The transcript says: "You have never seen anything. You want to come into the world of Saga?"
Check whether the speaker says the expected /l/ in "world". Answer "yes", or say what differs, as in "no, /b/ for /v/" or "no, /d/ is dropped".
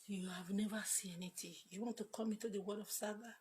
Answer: no, /l/ is dropped